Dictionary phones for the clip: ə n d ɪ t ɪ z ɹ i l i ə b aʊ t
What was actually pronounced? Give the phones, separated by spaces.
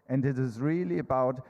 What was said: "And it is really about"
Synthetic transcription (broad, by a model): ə n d ɪ t ɪ z ɹ i l i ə b aʊ t